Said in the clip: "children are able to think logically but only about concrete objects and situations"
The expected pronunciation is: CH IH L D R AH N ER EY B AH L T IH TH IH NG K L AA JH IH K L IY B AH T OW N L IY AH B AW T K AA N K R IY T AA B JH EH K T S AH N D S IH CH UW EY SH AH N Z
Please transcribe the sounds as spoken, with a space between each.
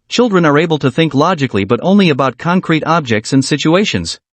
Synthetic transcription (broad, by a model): CH IH L D R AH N ER EY B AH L T IH TH IH NG K L AA JH IH K L IY B AH T OW N L IY AH B AW T K AA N K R IY T AA B JH EH K T S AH N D S IH CH UW EY SH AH N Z